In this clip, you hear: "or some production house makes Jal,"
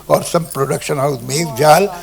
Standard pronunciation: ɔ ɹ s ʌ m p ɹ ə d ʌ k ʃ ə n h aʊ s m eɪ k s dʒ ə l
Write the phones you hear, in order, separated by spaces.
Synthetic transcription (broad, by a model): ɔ ɹ s ʌ m p ɹ ə d ʌ k ʃ ə n h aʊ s m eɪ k dʒ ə l